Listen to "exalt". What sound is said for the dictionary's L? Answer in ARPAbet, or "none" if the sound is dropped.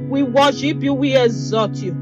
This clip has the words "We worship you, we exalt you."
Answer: none